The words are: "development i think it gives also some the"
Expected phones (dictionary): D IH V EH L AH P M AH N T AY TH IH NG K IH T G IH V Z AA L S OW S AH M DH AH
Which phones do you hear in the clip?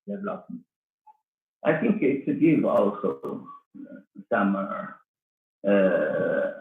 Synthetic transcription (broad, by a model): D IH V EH L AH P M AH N T AY TH IH NG K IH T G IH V AA L S OW S AH M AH